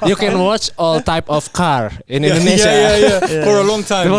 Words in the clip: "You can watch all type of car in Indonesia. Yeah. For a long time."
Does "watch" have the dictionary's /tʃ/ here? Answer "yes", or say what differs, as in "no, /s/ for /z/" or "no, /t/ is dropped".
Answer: yes